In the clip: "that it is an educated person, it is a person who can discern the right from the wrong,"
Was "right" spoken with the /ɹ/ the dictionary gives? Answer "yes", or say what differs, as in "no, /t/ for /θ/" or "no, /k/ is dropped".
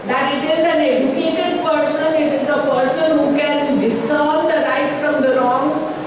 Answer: no, /l/ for /ɹ/